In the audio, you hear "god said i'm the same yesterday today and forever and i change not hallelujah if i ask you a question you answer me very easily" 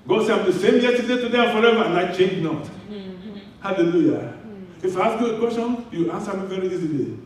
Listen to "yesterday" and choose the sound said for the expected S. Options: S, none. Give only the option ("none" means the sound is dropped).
none